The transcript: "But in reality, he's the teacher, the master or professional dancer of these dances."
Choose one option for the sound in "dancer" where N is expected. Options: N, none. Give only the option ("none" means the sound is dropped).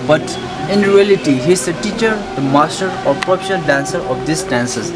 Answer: N